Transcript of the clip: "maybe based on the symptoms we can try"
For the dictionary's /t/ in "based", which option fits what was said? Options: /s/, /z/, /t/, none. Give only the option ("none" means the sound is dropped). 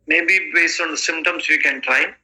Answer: none